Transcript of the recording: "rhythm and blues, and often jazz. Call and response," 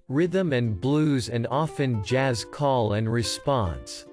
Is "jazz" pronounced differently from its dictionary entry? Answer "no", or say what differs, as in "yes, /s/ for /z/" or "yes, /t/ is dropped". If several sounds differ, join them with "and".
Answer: no